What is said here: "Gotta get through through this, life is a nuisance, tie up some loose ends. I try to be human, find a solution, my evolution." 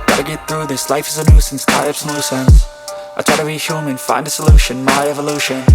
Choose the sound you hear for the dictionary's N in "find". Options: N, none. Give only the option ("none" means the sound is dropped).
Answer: N